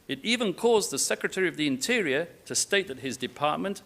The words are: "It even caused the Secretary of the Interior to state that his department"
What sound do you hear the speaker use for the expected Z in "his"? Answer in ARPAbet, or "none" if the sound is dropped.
Z